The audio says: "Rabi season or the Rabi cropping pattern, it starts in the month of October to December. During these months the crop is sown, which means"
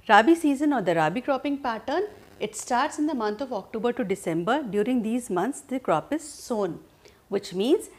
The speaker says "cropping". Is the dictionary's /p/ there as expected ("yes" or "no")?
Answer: yes